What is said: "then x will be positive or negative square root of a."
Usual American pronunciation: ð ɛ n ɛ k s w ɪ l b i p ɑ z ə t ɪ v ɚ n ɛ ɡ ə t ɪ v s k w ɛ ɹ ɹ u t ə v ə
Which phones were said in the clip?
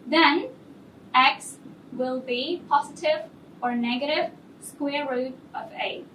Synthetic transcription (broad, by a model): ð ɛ n ɛ k s w ɪ l b i p ɑ z ə t ɪ v ɚ n ɛ ɡ ə t ɪ v s k w ɛ ɹ ɹ u t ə v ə